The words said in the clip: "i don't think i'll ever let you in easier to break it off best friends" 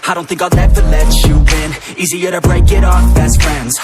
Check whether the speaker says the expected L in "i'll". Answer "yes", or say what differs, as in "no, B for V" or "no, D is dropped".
no, N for L